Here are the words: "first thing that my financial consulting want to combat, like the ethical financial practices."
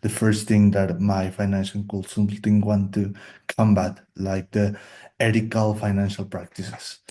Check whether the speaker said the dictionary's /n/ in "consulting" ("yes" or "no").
no